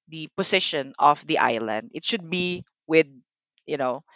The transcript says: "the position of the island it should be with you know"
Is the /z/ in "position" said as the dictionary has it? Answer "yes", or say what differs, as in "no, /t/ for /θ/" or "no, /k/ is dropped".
no, /s/ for /z/